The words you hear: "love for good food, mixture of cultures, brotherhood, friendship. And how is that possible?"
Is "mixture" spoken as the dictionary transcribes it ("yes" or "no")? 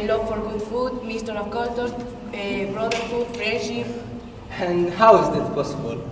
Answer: no